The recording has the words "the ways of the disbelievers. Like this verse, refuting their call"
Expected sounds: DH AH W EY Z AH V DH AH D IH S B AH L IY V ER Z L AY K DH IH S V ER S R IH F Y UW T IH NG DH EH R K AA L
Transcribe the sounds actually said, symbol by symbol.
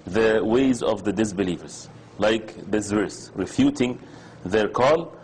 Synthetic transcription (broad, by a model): DH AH W EY Z AH V DH AH D IH S B AH L IY V ER Z L AY K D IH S V ER S R IH F Y UW T IH NG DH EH R K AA L